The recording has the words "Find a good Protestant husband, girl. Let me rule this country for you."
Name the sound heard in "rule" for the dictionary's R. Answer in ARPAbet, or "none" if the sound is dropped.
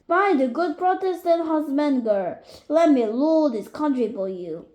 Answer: L